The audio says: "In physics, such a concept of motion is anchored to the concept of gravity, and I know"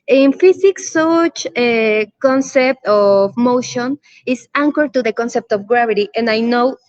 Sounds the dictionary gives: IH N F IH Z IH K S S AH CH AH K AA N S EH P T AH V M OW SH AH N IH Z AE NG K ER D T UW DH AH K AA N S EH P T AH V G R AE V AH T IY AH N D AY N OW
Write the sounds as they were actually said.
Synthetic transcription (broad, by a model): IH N F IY S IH K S S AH CH AH K AA N S EH P T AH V M OW SH AH N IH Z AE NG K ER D T UW DH AH K AA N S EH P T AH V G R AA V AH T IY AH N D AY N OW